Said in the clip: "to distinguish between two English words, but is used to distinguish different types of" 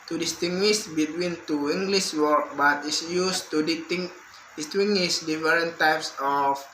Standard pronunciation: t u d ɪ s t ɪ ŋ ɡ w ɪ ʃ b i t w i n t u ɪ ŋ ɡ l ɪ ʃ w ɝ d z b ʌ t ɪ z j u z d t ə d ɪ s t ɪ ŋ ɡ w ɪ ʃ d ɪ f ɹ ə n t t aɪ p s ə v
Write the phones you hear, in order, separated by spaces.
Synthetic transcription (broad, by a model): t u d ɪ s t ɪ ŋ ɡ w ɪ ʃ b i t w i n t u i ŋ ɡ l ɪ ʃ w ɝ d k b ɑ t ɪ s j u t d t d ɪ s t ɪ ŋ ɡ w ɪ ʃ d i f ɹ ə n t t aɪ p s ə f